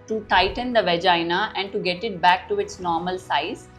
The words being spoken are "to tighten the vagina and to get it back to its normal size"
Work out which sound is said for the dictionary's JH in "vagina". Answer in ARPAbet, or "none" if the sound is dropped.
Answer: JH